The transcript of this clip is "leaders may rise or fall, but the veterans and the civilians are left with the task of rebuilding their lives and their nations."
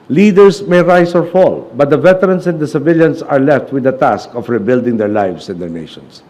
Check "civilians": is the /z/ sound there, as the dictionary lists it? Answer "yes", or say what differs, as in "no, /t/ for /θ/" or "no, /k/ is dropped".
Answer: no, /s/ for /z/